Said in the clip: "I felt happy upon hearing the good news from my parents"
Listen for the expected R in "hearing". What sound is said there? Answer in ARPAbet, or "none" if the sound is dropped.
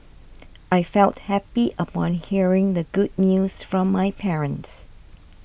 R